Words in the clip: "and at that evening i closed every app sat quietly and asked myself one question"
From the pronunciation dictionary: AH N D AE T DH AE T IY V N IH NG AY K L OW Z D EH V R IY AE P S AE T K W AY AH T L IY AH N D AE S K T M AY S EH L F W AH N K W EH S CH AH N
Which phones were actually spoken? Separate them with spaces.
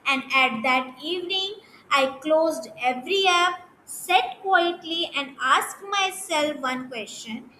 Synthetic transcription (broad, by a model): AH N D AE T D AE T IY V N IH NG AY K L OW Z D EH V R IY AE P S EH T K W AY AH T L IY AH N D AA S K T M AY S EH L F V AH N K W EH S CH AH N